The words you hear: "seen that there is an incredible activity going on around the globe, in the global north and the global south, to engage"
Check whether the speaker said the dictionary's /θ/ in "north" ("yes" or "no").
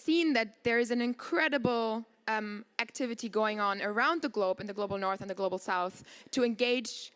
yes